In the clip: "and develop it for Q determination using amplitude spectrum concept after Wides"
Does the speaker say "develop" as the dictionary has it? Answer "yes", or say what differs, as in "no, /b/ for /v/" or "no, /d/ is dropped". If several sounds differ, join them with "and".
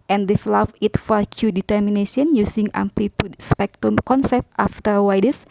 no, /f/ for /p/